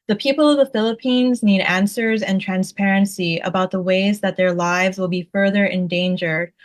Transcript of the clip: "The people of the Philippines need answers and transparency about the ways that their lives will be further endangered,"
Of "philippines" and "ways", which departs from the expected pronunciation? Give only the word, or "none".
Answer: none